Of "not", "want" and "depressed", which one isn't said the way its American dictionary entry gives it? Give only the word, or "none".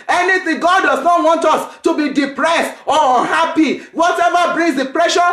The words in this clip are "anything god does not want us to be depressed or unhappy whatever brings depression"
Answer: none